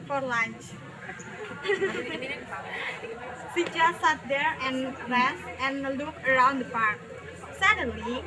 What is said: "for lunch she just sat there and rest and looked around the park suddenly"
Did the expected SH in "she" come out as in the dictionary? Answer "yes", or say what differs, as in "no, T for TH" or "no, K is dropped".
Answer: no, S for SH